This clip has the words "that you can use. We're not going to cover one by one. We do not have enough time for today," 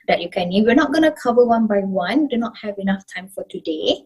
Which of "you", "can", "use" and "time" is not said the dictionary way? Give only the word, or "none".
use